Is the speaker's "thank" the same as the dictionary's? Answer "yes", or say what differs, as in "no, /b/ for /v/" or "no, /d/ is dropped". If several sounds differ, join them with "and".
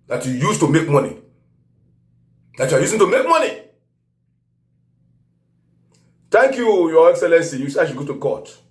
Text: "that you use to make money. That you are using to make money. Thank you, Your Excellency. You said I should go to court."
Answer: no, /t/ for /θ/